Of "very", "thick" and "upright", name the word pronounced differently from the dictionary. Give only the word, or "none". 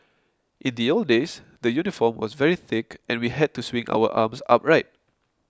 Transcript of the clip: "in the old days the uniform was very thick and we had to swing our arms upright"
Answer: none